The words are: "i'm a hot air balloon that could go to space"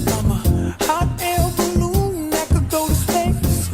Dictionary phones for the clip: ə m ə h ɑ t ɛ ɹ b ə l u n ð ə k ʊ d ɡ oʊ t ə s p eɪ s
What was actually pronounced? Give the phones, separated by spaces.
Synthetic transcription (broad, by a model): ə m ə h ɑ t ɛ l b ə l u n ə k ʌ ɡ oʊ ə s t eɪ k